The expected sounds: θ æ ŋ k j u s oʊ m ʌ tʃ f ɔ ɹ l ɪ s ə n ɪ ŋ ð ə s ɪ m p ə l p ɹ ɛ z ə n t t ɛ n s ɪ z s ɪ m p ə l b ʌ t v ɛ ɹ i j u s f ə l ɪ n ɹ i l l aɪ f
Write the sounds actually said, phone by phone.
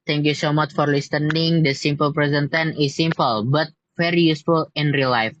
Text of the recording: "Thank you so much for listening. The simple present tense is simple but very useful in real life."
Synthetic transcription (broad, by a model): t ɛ ŋ k j u s oʊ m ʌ tʃ f ɔ ɹ l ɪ s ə n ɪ ŋ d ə s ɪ m p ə l p ɹ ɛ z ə n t t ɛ n ɪ s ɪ m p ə l b ʌ t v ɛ ɹ i j u s f ə l ɪ n ɹ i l l aɪ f